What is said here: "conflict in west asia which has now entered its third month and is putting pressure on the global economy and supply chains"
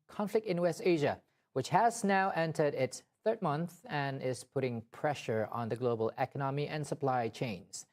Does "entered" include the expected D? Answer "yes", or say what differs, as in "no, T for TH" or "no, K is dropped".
yes